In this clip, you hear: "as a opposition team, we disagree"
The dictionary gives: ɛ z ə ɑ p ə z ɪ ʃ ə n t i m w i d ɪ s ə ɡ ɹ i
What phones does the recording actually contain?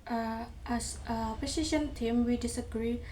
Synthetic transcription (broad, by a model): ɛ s ə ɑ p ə s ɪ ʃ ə n t i m w i d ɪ s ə ɡ ɹ i